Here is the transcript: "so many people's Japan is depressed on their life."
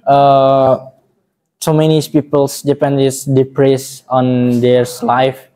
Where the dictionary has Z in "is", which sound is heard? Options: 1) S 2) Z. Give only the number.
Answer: 1